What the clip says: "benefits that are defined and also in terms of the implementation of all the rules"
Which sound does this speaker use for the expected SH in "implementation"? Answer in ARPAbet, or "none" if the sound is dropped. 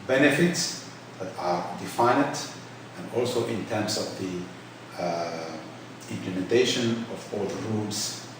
SH